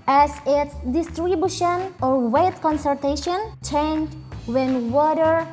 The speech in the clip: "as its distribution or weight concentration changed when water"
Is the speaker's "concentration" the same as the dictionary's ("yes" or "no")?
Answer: no